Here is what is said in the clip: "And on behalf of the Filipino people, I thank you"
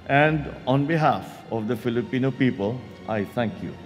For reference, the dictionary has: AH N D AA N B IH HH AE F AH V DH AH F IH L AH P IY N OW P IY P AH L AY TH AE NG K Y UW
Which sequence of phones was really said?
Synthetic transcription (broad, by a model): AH N D AA N B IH HH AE F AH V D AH F IH L AH P IY N OW P IY P AH L AY T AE NG K Y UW